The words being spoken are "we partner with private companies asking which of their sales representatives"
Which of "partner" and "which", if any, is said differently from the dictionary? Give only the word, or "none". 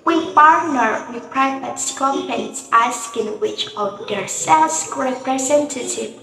partner